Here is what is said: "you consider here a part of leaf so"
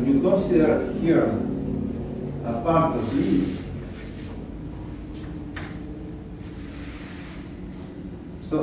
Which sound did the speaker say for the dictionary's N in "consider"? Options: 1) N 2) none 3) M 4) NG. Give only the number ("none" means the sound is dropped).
2